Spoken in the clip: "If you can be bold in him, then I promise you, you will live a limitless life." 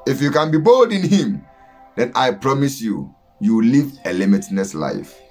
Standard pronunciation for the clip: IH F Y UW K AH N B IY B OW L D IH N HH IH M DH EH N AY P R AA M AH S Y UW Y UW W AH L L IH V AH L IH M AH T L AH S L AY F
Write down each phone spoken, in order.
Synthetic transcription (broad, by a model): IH F Y UW K AH N B IY B OW L D IH N HH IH M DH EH N AY P R AA M AH S Y UW Y UW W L L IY V AH L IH M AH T N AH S L AY F